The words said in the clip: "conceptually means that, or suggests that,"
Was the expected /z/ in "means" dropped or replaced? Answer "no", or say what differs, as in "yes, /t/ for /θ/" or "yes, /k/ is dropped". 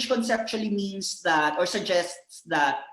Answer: yes, /s/ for /z/